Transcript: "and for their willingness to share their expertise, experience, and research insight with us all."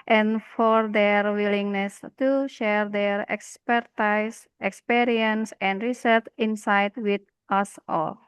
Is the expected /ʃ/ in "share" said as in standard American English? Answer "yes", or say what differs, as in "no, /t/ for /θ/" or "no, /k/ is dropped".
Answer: yes